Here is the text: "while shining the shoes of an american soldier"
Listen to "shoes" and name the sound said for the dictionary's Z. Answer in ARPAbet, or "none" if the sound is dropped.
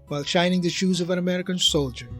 Z